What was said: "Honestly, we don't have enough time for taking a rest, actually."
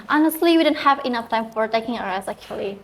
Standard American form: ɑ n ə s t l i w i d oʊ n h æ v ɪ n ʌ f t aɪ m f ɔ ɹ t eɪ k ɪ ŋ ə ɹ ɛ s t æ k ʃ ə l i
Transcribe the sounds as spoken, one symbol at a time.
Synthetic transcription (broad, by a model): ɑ n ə s t l i w i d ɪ n h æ v ɪ n ʌ f t aɪ m f ɔ ɹ t eɪ k ɪ ŋ ə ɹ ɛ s æ k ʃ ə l i